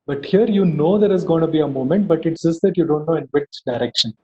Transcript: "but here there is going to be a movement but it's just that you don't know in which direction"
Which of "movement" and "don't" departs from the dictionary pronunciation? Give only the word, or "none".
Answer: movement